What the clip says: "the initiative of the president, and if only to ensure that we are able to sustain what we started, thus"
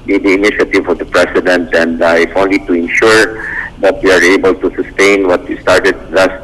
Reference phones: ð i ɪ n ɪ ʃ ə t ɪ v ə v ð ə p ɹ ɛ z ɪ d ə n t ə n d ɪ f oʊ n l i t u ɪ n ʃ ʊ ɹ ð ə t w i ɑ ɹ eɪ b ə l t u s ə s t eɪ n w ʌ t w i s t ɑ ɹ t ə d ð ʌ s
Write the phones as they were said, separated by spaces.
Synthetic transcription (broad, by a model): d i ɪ n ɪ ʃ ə t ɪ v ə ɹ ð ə p ɹ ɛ s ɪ d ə n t ə n d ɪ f oʊ n l i t u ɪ n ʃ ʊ ɹ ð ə t w i ɑ ɹ eɪ b ə l t u s ə s t eɪ n w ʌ t w i s t ɑ ɹ t ə d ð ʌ s